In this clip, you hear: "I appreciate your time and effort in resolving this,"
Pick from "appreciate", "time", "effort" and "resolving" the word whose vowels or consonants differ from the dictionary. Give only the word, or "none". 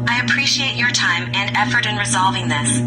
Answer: none